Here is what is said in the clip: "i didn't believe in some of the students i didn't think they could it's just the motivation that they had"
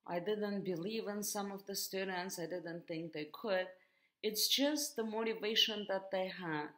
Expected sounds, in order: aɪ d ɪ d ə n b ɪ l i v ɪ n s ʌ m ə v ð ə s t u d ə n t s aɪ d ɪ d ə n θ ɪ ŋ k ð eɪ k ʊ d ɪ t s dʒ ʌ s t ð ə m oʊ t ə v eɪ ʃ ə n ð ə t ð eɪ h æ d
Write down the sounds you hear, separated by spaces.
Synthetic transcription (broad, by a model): aɪ d ɪ d ə n b ɪ l i v ɪ n s ʌ m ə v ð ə s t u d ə n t s aɪ d ɪ d ə n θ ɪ ŋ k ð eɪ k ʊ d ɪ t s dʒ ʌ s t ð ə m oʊ t ə v eɪ ʃ ə n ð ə t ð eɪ h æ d